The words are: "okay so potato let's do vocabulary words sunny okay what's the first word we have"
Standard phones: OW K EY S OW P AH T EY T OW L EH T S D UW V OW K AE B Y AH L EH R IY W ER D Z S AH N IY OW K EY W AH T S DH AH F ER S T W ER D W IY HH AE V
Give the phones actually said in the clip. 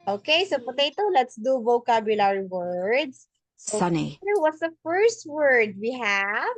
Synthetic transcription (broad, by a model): OW K EY S OW P AH T EY T OW L EH T S D UW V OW K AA B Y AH L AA R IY W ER D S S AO N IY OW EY W AH T S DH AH F ER S T W ER D W IY HH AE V